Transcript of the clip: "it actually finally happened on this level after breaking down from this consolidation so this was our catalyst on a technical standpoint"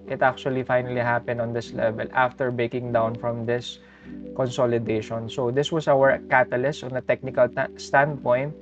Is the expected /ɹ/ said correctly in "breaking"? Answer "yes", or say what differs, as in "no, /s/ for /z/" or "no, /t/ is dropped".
no, /ɹ/ is dropped